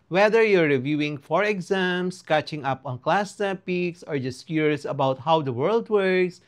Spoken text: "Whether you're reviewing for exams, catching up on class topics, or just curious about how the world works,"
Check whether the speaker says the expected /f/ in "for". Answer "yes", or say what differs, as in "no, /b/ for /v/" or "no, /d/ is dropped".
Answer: yes